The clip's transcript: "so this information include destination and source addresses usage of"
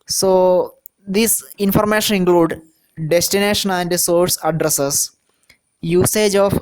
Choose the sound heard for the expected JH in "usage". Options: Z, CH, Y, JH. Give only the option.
JH